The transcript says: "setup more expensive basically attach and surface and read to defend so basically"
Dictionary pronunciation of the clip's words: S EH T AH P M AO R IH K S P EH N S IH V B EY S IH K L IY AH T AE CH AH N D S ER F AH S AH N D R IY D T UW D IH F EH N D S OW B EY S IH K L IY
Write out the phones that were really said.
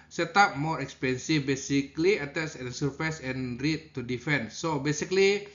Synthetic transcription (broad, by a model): S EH T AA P M AO R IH K S P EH N S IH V B EY S IH K L IY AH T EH S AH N S ER F AH S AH N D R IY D T UW D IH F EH N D S OW B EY S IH K L IY